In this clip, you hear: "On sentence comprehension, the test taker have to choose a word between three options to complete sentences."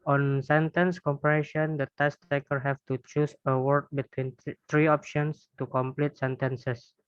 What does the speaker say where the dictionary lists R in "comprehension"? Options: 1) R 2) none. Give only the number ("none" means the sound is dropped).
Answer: 2